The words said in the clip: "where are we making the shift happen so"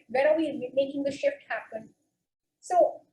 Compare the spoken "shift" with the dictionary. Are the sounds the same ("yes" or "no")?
yes